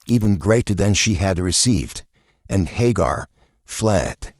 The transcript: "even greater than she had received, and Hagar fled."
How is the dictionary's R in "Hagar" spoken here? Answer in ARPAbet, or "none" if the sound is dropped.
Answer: R